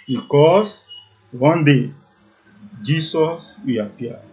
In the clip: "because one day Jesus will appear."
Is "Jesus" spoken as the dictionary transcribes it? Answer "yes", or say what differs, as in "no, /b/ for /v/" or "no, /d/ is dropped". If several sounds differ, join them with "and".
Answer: no, /s/ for /z/